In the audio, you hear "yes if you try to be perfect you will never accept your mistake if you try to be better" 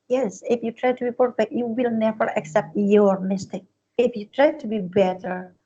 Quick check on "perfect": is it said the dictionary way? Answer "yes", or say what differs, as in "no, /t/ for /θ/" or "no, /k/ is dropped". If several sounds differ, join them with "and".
no, /k/ is dropped